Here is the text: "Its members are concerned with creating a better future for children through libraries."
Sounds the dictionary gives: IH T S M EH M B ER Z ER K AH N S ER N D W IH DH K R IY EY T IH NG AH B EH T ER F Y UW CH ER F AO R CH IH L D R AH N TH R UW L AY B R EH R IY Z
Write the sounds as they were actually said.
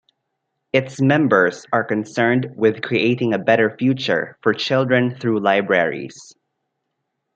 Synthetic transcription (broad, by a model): IH T S M EH M B ER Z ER K AH N S ER N D W IH DH K R IY EY T IH NG AH B EH T ER F Y UW CH ER F AO R CH IH L D R AH N TH R UW L AY B R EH R IY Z